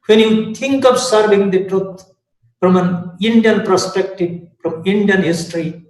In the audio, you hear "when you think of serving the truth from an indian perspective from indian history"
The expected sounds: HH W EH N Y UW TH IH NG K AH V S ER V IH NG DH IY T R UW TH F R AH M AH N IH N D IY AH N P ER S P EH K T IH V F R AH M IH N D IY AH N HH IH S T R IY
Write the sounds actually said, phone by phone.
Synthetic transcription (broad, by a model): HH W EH N Y UW T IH NG K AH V S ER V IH NG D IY T R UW T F R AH M AH N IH N D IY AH N P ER S P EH K T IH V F R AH M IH N D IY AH N HH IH S T R IY